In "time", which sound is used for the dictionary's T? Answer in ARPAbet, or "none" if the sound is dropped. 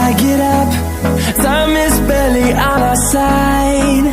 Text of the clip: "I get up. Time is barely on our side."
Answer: S